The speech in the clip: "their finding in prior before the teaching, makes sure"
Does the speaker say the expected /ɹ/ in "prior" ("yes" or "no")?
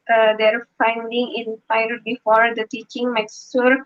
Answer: no